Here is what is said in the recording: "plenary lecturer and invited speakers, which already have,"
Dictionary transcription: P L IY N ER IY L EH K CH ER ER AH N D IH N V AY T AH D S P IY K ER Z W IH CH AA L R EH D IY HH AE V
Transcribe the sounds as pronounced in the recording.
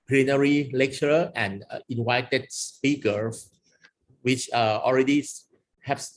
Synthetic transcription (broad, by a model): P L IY N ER IY L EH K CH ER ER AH N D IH N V AY T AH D S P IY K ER W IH CH AA L R EH D IY HH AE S